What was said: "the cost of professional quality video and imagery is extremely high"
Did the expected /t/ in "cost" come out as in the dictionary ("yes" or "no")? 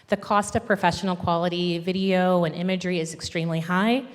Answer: yes